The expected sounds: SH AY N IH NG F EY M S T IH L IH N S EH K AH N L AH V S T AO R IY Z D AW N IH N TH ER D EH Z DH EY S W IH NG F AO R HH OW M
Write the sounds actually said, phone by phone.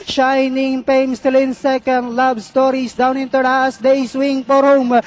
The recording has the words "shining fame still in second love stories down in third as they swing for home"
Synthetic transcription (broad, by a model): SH AY N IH NG P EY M S T IH L IH N S EH K AH N L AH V S T AO R IY S D AW N IH N T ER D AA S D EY S W IH NG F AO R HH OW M